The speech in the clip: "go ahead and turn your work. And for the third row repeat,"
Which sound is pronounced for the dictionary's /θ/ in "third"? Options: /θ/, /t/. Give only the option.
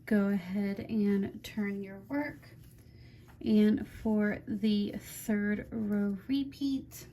/θ/